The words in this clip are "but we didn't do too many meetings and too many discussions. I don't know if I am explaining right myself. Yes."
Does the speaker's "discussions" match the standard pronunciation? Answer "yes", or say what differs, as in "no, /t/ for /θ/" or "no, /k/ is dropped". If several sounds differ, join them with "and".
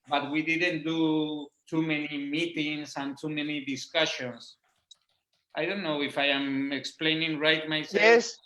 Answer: no, /s/ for /z/